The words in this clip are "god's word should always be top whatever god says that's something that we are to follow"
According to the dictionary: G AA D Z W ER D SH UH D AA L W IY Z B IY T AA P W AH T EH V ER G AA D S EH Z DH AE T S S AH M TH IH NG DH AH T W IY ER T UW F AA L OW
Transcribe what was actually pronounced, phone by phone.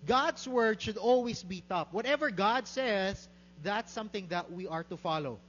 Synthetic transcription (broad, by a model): G AA D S W ER D SH UH D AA L W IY S B IY T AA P W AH T EH V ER G AA D S EH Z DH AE T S S AH M TH IH NG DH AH T W IY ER T UW F AA L OW